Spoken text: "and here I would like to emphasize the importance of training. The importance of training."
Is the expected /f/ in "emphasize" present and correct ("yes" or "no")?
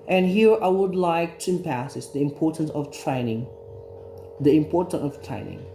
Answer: no